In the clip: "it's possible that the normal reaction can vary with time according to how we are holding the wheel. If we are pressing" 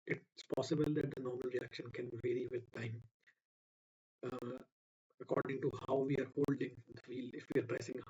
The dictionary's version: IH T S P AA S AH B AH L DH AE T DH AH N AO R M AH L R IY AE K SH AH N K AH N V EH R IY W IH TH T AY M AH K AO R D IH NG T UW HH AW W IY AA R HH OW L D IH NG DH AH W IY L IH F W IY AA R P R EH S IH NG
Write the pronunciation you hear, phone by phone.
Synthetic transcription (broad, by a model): IH T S P AA S AH B AH L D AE T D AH N AO R M AH L R IY AE K SH AH N K AH N V EH R IY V IH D T AY M AH K AO R D IH NG T UW HH AW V IY AA R HH OW L D IH NG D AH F IY L IH F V IY AA R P R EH S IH NG